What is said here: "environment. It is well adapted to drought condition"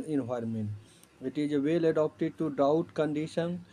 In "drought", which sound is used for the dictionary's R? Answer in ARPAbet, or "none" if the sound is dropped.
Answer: none